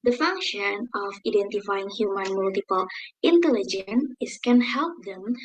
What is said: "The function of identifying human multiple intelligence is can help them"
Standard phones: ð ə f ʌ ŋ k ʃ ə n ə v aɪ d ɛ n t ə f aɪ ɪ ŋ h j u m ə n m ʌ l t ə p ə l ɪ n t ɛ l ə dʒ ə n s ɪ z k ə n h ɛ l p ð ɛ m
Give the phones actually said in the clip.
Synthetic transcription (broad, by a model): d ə f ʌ ŋ k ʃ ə n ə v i d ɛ n t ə f aɪ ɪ ŋ h j u m ə n m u l t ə p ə l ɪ n t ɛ l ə dʒ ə n ɪ s k ə n h ɛ l p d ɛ m